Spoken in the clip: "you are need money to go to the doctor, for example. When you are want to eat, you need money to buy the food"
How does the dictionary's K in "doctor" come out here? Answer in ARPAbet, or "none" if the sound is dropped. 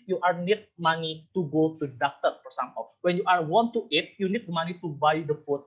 K